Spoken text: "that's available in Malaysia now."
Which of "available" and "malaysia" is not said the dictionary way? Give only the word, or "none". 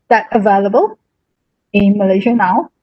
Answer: none